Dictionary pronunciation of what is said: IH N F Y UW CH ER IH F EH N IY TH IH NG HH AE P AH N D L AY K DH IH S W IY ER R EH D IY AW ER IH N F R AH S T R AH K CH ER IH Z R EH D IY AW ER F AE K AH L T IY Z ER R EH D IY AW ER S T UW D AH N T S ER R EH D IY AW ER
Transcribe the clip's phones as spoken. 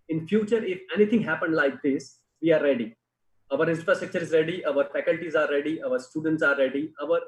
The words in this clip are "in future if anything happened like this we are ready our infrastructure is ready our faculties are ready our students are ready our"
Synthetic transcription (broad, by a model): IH N F Y UW CH ER IH F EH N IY T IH NG HH AE P AH N D L AY K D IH S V IY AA R EH D IY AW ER IH N F R AH S T R AH K CH ER IH Z R EH D IY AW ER F AE K AH L T IY Z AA R EH D IY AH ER S T UW D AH N T S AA R EH D IY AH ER